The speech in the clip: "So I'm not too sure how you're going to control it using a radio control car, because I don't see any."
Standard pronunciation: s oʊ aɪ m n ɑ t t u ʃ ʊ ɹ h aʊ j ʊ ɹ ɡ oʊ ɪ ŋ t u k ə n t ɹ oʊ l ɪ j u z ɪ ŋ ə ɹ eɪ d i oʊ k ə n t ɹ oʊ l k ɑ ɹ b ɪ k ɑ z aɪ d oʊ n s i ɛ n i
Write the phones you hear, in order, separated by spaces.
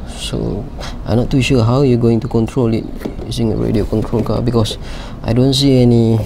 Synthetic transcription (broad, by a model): s oʊ aɪ m n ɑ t t u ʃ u h aʊ j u ɡ oʊ ɪ ŋ t u k ə n t ɹ oʊ l ɪ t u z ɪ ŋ ə ɹ eɪ d i oʊ k ə n t ɹ oʊ l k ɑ b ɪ k ɑ s aɪ d oʊ n s i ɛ n i